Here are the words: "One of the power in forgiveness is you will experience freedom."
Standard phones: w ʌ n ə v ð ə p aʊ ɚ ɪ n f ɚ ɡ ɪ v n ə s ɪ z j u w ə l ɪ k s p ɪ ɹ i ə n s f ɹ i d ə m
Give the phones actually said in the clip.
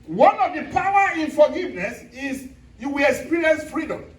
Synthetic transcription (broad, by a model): w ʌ n ə v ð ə p aʊ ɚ ɪ n f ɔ ɡ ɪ v n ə s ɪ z j u w ə l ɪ k s p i ɹ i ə n s f ɹ i d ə m